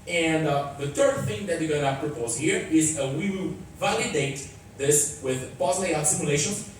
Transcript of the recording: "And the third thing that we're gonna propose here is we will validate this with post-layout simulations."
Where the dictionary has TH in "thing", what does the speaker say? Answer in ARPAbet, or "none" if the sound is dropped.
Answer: TH